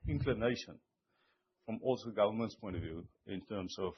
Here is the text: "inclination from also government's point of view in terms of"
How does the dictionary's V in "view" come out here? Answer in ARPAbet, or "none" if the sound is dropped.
V